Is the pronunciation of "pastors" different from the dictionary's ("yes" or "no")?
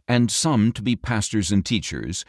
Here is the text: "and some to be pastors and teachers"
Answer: no